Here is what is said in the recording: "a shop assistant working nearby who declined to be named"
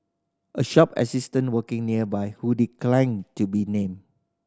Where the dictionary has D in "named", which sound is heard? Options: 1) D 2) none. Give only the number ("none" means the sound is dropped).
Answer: 2